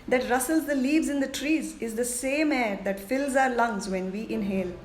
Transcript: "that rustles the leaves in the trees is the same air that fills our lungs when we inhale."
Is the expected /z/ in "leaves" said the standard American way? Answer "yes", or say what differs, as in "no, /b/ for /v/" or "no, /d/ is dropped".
yes